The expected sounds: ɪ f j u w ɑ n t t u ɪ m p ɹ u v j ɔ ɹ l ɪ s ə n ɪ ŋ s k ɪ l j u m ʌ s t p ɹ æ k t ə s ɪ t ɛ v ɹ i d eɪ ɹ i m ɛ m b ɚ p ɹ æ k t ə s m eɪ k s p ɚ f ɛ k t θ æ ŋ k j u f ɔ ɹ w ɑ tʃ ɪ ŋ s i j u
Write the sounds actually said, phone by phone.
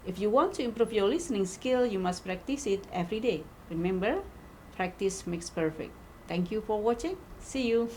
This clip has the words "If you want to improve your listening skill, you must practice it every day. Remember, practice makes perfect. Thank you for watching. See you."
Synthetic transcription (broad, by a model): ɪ f j u w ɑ n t t u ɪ m p ɹ u f j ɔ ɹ l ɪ s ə n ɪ ŋ s k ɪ l j u m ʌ s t p ɹ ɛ k t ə s ɪ t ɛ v ɹ i d eɪ ɹ i m ɛ m b ɚ p ɹ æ k t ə s m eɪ k s p ɚ f ɛ k t t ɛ ŋ k j u f ɔ ɹ w ɑ tʃ ɪ ŋ s i j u